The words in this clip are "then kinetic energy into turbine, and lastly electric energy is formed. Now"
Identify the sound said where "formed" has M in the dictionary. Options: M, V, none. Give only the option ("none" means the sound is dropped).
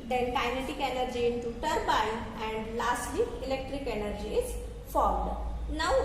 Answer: M